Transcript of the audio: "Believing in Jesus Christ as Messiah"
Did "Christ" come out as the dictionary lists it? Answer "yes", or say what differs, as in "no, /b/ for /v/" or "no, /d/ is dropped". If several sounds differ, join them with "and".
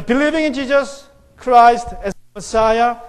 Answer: yes